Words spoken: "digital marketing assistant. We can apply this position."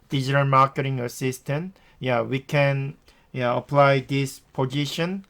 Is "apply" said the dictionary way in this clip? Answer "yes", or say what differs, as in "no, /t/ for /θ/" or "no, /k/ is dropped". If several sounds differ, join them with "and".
yes